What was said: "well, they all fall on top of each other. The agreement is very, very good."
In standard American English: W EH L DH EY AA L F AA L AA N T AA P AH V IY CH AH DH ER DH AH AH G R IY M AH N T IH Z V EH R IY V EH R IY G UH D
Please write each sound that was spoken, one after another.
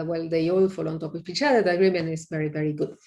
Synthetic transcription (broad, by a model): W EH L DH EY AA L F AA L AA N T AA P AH P IY CH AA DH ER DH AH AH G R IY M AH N IH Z V EH R IY V EH R IY G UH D